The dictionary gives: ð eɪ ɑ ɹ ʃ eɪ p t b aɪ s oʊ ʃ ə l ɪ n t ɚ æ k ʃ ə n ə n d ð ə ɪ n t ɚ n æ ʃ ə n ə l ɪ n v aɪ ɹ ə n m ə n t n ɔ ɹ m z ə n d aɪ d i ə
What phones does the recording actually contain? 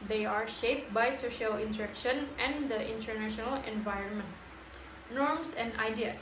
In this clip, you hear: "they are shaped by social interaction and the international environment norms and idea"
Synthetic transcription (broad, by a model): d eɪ ɑ ɹ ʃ eɪ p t b aɪ s oʊ ʃ ə l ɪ n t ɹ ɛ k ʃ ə n ə n d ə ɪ n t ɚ n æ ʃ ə n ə l ɪ n v aɪ ɹ ə n m ə n t n ɔ ɹ m s ə n d aɪ d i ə